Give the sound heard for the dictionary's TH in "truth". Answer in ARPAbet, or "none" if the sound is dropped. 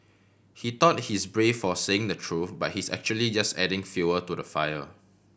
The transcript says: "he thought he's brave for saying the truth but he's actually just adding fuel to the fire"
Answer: F